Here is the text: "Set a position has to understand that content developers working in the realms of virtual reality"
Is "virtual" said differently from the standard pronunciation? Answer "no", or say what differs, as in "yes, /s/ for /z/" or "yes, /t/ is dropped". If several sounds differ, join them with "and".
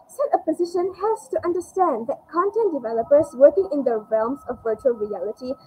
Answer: no